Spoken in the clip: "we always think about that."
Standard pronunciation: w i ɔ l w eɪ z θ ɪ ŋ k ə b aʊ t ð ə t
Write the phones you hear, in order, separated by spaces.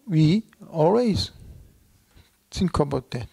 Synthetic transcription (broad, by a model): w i ɔ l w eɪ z s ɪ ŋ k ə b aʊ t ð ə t